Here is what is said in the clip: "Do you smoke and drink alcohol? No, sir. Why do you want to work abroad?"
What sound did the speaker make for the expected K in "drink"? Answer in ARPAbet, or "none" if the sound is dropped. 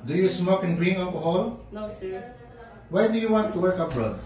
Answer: none